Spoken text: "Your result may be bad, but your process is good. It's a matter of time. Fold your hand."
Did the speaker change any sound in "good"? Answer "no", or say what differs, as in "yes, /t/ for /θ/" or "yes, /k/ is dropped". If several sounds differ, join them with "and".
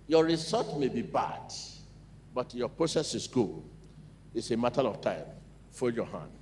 yes, /d/ is dropped